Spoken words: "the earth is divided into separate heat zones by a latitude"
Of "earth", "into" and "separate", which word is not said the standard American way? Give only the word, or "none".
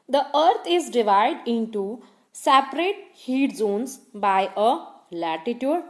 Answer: earth